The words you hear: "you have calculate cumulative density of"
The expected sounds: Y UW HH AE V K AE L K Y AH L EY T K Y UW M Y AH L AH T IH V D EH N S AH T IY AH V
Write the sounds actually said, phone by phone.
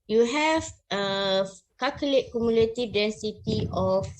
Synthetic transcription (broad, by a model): Y UW HH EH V K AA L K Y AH L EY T K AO M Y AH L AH T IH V D EH N S AH T IY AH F